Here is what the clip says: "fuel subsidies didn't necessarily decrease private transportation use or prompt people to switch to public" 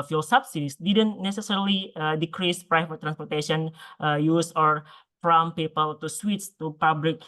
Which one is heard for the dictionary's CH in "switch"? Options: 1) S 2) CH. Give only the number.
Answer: 1